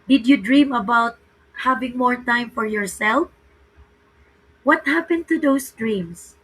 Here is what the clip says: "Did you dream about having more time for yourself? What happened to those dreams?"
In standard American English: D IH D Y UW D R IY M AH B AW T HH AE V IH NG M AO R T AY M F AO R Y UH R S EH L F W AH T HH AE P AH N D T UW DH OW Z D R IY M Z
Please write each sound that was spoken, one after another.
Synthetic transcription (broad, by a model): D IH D Y UW D R IY M AH B AW T HH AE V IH NG M AO R T AY M F AO R Y UH R S EH L F W AH T HH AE P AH N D T UW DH OW S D R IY M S